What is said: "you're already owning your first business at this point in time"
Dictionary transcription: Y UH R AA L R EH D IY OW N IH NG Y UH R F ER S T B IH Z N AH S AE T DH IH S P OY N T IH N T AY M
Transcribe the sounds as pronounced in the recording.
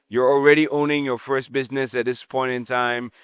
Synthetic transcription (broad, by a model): Y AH R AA L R EH D IY OW N IH NG Y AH R F ER S T B IH Z N AH S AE T DH IH S P OY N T IH N T AY M